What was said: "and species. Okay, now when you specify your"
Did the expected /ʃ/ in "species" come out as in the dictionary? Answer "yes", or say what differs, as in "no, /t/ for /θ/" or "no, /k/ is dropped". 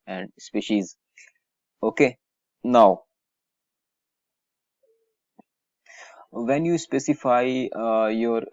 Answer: yes